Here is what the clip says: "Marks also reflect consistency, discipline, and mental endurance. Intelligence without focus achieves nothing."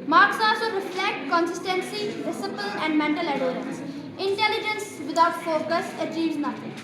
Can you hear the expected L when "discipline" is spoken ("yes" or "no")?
no